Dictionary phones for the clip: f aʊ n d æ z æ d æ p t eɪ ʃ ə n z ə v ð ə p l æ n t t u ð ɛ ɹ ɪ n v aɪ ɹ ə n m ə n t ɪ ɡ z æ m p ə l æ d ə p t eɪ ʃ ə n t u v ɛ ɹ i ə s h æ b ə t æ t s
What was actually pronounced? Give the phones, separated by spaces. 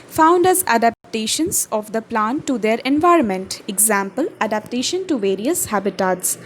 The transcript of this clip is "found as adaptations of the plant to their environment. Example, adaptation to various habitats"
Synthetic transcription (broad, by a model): f aʊ n d æ z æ d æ p t eɪ ʃ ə n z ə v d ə p l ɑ n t t u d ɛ ɹ ɪ n v aɪ ɹ ə n m ə n t ɪ ɡ z æ m p ə l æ d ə p t eɪ ʃ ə n t u v ɛ ɹ i ə s h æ b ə t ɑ t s